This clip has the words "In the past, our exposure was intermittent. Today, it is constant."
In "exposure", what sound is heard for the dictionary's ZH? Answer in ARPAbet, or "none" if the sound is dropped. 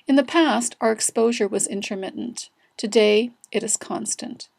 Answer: ZH